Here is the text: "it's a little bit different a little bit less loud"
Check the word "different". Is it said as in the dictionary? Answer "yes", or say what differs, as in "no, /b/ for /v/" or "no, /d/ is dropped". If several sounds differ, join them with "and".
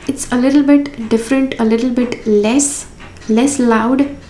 yes